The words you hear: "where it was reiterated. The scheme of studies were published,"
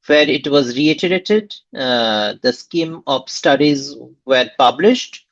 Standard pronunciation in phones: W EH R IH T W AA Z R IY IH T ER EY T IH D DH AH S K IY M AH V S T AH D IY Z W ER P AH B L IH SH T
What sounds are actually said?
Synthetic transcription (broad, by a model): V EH R IH T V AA Z R IY IH T ER EY T IH D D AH S K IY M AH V S T AH D IY Z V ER P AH B L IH SH T